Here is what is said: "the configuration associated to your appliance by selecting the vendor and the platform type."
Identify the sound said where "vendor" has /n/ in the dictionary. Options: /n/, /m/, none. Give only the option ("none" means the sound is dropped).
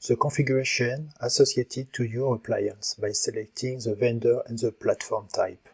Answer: /n/